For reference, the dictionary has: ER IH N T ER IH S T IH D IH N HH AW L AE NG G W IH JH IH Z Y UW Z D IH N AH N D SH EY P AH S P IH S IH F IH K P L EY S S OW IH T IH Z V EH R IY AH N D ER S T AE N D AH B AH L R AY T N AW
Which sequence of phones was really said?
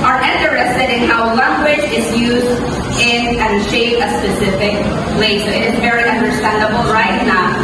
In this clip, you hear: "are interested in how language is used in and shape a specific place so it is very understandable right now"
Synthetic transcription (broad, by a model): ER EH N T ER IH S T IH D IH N HH AW L AE NG G W IH JH IH Z Y UW Z D IH N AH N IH SH EY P AH S P IH S IH F IH K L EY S S OW IH T IH Z V EH R IY AH N D ER S T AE N D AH B L R AY T N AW